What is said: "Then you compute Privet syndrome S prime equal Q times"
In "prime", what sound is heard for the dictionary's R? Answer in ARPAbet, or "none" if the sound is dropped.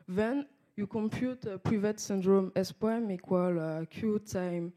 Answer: none